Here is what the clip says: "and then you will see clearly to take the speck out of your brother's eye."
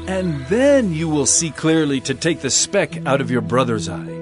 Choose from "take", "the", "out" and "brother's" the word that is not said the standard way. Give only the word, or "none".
none